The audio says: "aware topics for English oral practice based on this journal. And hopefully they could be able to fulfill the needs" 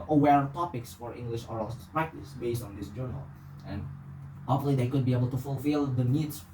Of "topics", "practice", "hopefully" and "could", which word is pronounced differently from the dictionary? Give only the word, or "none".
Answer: hopefully